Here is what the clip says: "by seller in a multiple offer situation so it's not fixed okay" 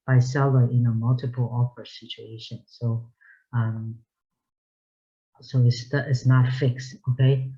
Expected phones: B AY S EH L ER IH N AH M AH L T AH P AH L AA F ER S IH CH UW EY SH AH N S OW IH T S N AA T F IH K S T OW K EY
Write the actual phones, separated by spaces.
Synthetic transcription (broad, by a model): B AY S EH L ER IH N AH M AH L T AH P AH L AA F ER S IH CH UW EY SH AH N S OW IH T S N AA T F IH K S T OW K EY